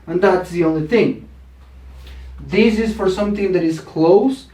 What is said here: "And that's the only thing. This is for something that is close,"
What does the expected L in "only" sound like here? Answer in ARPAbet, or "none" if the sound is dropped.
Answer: L